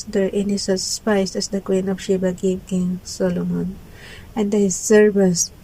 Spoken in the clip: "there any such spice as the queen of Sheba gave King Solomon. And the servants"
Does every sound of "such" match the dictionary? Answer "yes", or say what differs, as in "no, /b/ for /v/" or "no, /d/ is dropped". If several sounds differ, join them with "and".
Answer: no, /s/ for /tʃ/